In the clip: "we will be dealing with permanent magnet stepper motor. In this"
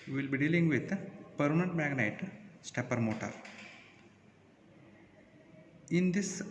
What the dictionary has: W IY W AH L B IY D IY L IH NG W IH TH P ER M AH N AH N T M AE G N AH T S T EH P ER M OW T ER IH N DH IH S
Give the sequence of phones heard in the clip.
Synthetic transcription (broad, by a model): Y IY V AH L B IY D IY L IH NG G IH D P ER AH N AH N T M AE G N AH T S T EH P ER M OW T ER IH N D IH S